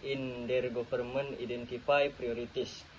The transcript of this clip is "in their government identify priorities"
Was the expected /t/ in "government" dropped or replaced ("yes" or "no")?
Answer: yes